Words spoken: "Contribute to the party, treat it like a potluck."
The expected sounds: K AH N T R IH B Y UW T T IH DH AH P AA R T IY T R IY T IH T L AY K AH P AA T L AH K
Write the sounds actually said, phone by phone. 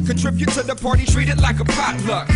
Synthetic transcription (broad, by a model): K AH N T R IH B Y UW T S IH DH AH P AA R T IY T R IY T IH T L AY K AH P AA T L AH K